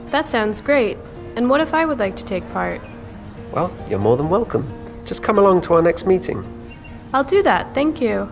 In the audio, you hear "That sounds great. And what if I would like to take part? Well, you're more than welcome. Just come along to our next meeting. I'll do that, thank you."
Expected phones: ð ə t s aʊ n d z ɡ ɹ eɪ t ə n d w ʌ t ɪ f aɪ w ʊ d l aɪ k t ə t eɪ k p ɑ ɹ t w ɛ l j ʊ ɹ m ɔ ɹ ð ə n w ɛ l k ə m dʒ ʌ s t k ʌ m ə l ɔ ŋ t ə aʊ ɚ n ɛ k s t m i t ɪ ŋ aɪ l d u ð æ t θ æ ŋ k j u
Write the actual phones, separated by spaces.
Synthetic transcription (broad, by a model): ð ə t s aʊ n d z ɡ ɹ eɪ t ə n w ʌ t ɪ f aɪ w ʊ d l aɪ k t ə t eɪ k p ɑ ɹ t w ɛ l j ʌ ɹ m ɔ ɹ ð ə n w ɛ l k ə m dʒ ʌ s k ʌ m ə l ɔ ŋ t ə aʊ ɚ n ɛ k s t m i t ɪ ŋ aɪ l d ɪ ð æ t θ æ ŋ k j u